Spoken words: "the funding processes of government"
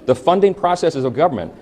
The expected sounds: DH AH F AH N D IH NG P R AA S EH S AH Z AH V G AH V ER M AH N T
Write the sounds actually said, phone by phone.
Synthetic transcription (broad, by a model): DH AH F AH N D IH NG P R AA S EH S AH Z AH V G AH V ER M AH N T